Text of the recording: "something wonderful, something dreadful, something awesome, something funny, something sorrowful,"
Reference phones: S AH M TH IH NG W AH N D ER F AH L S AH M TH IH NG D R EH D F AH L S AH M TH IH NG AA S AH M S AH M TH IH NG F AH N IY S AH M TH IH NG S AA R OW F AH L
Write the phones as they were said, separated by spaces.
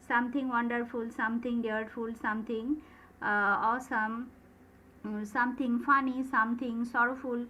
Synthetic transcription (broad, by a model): S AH M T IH NG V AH N D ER F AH L S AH M T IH NG D EH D F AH L S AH M T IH NG AA S AH M S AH M T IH NG F AH N IY S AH M T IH NG S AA R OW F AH L